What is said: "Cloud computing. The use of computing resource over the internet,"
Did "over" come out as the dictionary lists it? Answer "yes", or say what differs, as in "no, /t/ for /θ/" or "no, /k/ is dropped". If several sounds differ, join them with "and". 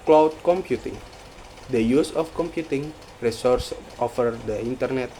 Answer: no, /f/ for /v/